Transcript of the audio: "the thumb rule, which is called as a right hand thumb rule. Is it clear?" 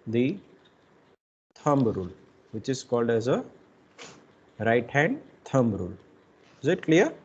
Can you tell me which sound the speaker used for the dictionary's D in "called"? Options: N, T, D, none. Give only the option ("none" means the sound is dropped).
D